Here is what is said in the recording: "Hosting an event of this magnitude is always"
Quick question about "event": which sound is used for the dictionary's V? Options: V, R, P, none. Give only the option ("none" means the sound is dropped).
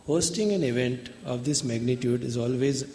V